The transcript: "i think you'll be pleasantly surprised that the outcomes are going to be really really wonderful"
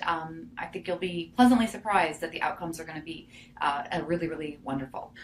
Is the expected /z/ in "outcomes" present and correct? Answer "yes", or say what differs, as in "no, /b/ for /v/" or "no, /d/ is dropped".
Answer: yes